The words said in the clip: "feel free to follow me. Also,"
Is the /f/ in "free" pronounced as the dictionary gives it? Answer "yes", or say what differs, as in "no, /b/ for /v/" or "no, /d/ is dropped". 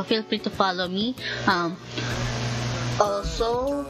no, /p/ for /f/